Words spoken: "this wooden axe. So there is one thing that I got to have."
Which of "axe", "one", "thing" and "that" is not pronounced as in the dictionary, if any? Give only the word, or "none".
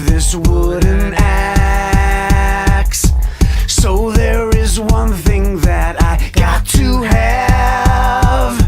none